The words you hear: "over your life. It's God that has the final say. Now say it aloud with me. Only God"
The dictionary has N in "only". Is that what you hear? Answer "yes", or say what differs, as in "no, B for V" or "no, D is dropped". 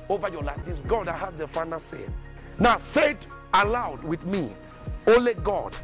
no, N is dropped